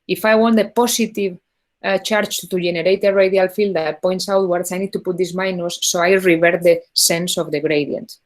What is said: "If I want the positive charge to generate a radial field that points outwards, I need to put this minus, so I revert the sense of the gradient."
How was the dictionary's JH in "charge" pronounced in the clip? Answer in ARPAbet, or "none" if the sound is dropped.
CH